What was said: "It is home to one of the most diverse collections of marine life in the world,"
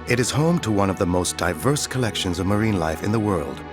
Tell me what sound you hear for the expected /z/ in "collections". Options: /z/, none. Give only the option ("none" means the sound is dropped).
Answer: /z/